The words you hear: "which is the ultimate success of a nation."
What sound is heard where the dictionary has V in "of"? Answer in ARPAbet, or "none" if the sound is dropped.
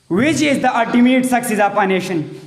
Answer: F